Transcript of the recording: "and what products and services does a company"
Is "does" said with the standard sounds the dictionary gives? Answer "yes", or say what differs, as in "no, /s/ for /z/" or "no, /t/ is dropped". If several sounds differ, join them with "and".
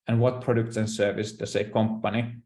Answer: no, /s/ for /z/